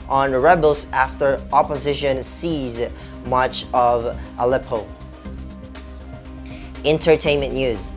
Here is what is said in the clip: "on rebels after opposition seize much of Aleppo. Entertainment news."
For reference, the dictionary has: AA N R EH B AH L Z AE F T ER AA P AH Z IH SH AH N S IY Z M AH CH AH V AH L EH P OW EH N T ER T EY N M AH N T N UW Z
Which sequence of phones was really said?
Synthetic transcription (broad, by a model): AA N R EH B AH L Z AE F T ER AA P AH Z IH SH AH N S IY Z M AH CH AH V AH L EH P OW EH N T ER T EY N M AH N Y UW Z